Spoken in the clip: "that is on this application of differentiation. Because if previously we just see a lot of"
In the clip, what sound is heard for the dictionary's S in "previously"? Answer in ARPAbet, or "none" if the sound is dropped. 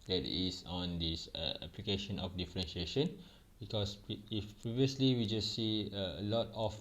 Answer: S